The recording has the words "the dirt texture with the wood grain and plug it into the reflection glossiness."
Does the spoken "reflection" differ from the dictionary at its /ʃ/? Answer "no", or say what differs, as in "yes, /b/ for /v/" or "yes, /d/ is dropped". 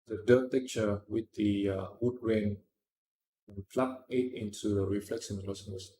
yes, /s/ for /ʃ/